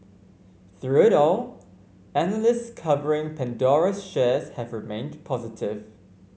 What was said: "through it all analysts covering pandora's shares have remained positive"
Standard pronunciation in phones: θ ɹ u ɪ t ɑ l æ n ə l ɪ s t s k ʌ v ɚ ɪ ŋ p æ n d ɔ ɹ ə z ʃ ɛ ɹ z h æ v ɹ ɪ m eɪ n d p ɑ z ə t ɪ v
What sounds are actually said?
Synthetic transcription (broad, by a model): θ ɹ u ɪ t ɑ l æ n ə l ɪ s t s k ʌ v ɚ ɪ ŋ p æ n d ɔ ɹ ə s ʃ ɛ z h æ v ɹ ɪ m eɪ n d p ɑ z ə t ɪ v